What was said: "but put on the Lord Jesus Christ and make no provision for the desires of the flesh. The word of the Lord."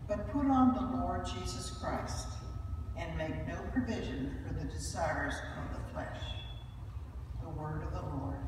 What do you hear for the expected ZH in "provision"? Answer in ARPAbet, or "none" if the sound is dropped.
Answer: ZH